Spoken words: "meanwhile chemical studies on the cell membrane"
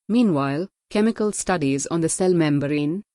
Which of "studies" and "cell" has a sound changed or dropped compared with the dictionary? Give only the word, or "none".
none